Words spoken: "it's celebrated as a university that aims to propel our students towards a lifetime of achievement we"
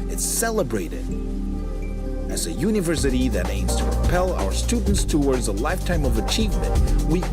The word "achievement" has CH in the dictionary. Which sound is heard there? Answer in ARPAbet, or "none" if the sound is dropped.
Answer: CH